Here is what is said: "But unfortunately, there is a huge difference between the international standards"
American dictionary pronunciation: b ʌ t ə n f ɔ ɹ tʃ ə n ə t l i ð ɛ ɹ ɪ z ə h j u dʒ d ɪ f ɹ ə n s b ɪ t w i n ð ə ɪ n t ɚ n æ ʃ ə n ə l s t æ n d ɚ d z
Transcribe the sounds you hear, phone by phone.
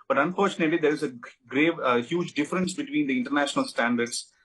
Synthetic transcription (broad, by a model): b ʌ t ə n f ɔ ɹ tʃ ə n ə t l i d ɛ ɹ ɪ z ə h j u dʒ d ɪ f ɹ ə n s b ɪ t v i n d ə ɪ n t ɚ n æ ʃ ə n ə l s t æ n d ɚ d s